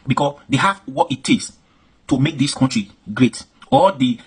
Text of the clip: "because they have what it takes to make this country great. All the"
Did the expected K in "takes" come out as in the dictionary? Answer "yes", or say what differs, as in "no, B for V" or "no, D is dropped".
no, K is dropped